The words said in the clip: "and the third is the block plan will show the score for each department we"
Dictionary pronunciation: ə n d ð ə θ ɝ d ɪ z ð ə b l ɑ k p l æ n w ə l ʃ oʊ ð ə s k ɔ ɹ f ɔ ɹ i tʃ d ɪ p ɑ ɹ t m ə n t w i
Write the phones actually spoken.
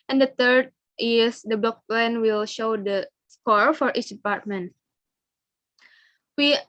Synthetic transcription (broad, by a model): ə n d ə t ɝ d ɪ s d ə b l ɑ k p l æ n w ə l ʃ oʊ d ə s k ɔ ɹ f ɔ ɹ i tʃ d ɪ p ɑ ɹ t m ə n t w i